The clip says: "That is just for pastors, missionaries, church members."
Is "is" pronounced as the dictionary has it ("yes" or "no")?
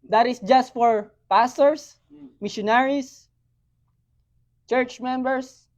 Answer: no